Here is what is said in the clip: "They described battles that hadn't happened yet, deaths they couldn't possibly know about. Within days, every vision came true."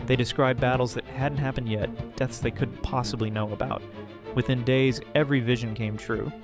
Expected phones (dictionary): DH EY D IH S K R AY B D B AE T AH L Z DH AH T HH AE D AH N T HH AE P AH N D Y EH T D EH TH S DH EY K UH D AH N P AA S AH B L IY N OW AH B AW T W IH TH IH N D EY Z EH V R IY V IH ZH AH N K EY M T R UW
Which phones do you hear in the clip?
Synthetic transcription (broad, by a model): DH EY D IH S K R AY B B AE T L Z DH AH T HH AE D N T HH AE P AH N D Y EH T D EH TH S DH EY K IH D P AA S AH B L IY N OW AH B AW T W IH TH IH N D EY Z EH V R IY V IH ZH AH N K EY M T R UW